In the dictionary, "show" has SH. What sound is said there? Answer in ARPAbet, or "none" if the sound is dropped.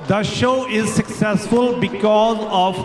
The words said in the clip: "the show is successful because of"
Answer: SH